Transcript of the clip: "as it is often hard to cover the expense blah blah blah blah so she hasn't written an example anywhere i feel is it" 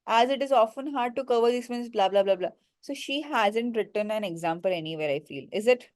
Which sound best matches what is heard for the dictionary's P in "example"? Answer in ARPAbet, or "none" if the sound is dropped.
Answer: P